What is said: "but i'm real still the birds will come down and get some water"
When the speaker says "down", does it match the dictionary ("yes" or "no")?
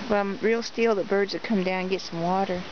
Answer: no